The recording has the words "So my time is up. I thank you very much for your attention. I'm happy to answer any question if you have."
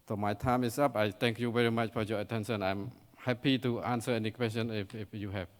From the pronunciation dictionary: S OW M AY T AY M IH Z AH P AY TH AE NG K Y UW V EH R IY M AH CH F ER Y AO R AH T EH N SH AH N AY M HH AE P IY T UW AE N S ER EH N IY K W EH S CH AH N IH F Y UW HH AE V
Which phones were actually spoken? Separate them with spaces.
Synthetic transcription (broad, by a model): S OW M AY T AY M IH S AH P AY T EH NG K Y UW V EH R IY M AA CH F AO Y AO R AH T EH N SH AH N AY M HH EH P IY T UW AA N S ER EH N IY K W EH S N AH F IH F Y UW HH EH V